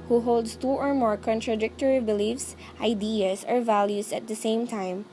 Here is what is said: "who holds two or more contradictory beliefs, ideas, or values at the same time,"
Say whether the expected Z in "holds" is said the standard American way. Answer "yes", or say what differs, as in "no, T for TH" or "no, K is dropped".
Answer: no, S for Z